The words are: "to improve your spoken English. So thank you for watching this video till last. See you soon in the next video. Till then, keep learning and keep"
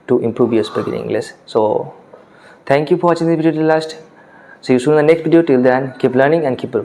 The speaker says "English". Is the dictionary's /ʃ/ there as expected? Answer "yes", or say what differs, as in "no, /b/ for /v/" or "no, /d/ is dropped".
no, /s/ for /ʃ/